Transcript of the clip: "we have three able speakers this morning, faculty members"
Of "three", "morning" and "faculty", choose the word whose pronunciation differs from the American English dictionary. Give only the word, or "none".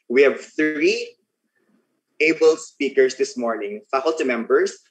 none